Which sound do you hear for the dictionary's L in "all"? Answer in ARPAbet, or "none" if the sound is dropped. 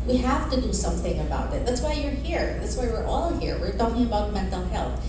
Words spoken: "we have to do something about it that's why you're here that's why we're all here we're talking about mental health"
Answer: L